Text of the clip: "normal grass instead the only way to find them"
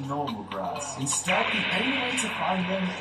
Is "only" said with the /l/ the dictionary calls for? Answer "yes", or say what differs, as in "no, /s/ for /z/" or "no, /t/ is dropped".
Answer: no, /l/ is dropped